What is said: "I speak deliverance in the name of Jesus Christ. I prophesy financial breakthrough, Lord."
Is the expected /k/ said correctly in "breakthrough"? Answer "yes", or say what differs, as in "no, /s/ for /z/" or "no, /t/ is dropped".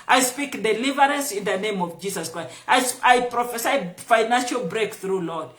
yes